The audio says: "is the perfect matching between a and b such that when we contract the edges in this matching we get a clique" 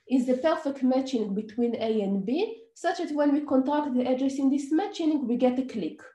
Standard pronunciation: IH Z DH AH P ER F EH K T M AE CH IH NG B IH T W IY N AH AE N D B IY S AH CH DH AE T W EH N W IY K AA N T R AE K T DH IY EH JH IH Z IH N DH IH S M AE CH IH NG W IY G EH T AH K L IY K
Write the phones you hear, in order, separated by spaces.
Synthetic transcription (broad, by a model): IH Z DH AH P ER F EH K T M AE CH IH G B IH T W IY N AH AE N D B IY S AH CH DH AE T W EH N W IY K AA N T AE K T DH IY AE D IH S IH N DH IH S M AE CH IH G W IY G EH T AH K L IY K